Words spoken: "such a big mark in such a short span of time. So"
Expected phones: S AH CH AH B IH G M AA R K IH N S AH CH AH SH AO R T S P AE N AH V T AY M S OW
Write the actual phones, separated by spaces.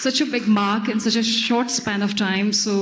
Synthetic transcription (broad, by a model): S AH CH AH B IH G M AA R K IH N S AH CH AH SH AO R T S P AE N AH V T AY M S OW